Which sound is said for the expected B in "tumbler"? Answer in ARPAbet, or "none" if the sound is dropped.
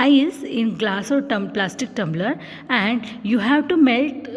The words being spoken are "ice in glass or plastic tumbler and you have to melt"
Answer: B